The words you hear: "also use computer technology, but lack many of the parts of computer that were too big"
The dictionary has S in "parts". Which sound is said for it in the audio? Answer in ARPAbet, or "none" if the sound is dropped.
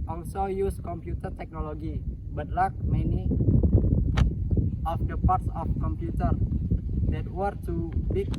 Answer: S